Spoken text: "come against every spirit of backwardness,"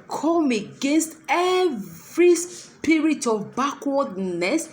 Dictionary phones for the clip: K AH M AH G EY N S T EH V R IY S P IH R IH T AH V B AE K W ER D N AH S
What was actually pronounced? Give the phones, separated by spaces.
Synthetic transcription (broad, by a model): K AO M AH G EY N S T EH V R IY S P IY R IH T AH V B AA K W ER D N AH S